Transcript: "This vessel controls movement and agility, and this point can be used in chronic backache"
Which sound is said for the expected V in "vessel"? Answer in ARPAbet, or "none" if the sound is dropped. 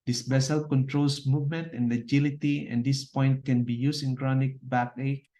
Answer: B